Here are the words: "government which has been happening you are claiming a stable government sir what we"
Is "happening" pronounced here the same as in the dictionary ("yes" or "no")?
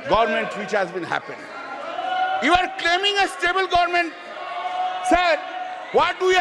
no